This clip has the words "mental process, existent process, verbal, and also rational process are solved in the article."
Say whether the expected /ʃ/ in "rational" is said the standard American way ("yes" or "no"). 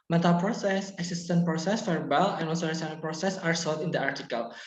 no